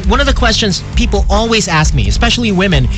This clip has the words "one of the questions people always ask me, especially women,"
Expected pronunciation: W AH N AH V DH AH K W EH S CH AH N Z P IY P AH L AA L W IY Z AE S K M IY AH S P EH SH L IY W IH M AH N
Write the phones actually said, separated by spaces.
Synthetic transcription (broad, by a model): W AH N AH V DH AH K W EH S CH AH N Z P IY P L AA L W IY Z AE S K M IY AH S P EH SH L IY W IH M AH N